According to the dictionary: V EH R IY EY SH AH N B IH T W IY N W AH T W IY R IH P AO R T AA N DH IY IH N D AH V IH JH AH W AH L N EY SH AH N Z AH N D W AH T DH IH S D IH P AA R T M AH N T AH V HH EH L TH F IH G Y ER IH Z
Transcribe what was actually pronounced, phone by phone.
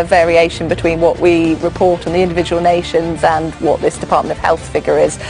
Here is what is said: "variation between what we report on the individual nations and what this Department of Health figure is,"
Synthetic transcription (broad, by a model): V EH R IY EY SH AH N B IH T W IY N W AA T W IY R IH P AO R T N DH IY IH N D AH V IH JH AH W AH L N EY SH AH N Z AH N W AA T DH IH S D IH P AA T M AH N T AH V HH EH L TH F IH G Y ER IH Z